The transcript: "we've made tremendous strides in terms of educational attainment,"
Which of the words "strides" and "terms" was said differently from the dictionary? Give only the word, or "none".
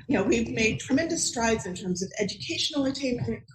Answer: none